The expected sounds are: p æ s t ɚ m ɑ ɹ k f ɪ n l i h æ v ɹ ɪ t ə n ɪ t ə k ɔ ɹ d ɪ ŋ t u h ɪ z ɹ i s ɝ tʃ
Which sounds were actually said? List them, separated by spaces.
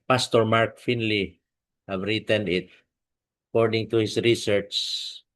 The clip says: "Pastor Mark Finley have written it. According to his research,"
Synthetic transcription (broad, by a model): p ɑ s t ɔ m ɑ ɹ k f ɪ n l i h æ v ɹ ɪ t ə n ɪ t ə k ɔ ɹ d ɪ ŋ t u h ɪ s ɹ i s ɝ tʃ